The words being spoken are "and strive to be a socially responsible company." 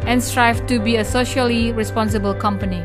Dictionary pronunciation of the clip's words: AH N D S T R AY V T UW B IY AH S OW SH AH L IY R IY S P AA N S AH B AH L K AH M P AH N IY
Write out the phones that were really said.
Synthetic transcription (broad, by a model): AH N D S T R AY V T UW B IY AH S OW SH AH L IY R IY S P AA N S AH B AH L K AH M P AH N IY